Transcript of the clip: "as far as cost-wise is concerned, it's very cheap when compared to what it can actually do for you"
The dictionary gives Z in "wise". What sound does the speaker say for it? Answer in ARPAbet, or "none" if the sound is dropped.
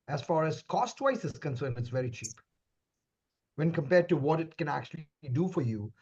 S